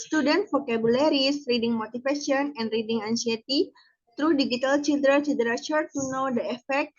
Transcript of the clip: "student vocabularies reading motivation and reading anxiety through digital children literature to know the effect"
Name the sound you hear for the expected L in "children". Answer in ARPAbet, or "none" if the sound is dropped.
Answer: none